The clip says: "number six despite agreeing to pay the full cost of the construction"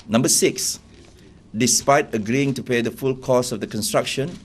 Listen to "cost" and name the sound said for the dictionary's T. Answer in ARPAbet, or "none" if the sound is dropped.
none